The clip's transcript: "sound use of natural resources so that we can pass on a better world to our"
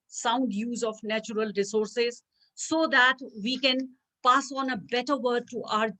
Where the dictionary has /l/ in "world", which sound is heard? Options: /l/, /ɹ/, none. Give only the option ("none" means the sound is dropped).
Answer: none